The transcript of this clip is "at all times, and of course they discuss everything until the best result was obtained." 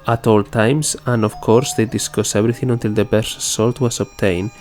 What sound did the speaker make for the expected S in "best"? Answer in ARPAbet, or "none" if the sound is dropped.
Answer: none